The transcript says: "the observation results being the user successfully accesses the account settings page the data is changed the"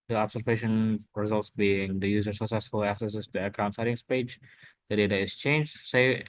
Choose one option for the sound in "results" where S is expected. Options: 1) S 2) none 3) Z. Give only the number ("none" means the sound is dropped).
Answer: 1